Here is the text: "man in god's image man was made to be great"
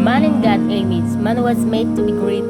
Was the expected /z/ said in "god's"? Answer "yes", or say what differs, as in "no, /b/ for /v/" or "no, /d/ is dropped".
no, /z/ is dropped